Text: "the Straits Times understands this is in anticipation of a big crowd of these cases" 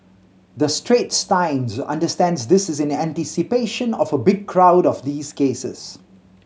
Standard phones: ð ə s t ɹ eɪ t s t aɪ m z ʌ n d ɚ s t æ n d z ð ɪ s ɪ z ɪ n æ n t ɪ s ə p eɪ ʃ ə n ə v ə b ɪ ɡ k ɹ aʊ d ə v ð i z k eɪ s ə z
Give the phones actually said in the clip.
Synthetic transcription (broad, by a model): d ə s t ɹ eɪ t s t aɪ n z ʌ n d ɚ s t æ n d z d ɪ s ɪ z ɪ n æ n t ɪ s ə p eɪ ʃ ə n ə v ə b ɪ ɡ k ɹ aʊ d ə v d i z k eɪ s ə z